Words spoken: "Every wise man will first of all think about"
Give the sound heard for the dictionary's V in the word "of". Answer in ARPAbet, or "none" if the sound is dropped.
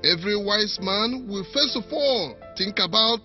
F